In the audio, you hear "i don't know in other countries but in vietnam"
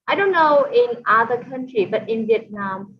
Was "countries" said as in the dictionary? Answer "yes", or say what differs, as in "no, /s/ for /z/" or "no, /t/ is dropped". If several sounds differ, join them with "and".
no, /z/ is dropped